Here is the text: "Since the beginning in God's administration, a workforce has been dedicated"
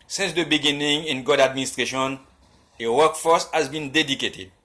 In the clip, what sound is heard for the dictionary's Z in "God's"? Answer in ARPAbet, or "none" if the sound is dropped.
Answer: none